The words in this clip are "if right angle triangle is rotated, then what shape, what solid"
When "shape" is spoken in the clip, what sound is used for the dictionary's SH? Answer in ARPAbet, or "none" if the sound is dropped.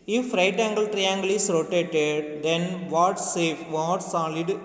S